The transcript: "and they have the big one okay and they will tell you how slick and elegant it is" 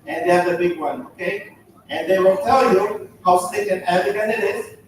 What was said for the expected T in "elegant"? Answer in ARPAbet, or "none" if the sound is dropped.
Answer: none